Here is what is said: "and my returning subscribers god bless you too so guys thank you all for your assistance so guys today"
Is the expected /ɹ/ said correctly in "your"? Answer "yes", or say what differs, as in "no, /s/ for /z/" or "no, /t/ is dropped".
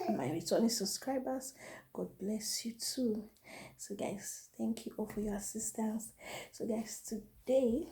yes